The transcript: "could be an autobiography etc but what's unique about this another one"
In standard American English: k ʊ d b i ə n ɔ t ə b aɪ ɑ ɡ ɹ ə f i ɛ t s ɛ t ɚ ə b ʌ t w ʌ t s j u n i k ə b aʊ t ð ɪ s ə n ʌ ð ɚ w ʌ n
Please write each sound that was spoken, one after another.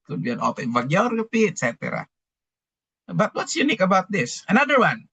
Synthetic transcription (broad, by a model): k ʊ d b i ə n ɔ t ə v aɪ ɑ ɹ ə p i ɛ t s ɛ t ɚ ə b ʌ t w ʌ t s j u n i k ə b aʊ t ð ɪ s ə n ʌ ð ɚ w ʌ n